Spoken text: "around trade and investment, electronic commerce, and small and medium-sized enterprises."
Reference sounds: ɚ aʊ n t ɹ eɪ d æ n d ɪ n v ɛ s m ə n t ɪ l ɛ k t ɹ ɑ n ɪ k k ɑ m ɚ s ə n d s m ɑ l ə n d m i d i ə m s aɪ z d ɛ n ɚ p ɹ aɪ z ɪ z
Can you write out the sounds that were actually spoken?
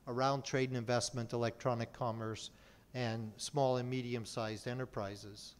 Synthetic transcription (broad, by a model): ɚ aʊ n t ɹ eɪ d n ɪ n v ɛ s m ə n t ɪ l ɛ k t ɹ ɑ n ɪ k k ɑ m ɚ s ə n s m ɑ l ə n m i d i ə m s aɪ z d ɛ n ɚ p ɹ aɪ z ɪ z